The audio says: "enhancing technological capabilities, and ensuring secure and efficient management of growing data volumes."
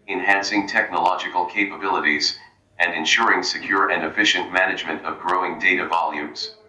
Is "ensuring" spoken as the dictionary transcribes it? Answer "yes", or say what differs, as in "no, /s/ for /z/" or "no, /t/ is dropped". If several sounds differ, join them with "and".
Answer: yes